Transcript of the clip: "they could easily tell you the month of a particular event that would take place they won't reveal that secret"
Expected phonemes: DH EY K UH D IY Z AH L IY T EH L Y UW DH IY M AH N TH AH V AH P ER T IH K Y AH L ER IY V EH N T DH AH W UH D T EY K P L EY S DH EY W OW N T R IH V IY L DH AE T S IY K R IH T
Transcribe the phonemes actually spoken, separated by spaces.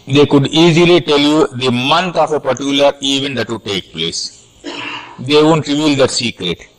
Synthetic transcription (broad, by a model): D EY K UH D IY Z AH L IY T EH L Y UW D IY M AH N T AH F AH P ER T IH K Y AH L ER IY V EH N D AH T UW T EY K P L EY S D EY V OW N T R IH V IY L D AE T S IY K R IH T